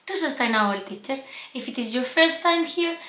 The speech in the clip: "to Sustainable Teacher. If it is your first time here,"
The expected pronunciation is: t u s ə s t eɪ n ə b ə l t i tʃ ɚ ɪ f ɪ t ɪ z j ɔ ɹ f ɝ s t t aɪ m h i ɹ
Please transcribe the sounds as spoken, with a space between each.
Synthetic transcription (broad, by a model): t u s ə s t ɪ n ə ə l t i tʃ ɚ ɪ f ɪ t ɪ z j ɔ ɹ f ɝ s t t aɪ m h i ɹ